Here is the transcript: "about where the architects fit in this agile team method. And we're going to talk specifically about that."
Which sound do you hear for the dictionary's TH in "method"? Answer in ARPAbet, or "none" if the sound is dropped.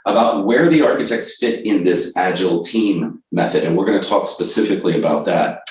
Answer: TH